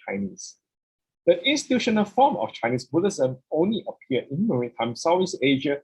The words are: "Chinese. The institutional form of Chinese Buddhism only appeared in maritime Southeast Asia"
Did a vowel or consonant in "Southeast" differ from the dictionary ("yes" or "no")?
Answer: yes